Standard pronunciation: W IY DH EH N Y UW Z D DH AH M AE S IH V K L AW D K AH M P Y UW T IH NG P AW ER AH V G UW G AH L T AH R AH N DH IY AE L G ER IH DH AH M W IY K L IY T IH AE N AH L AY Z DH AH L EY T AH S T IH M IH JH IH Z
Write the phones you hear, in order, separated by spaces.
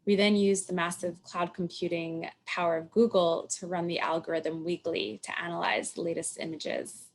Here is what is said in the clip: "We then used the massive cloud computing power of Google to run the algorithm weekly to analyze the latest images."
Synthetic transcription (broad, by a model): W IY DH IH N Y UW Z DH AH M AE S IH V K L AW D K M P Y UW T IH NG P AW ER AH V G UW G L T AH R AH N DH IY AE L G ER IH DH AH M W IY K L IY T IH AE N AH L AY Z DH AH L EY T AH S T IH M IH JH IH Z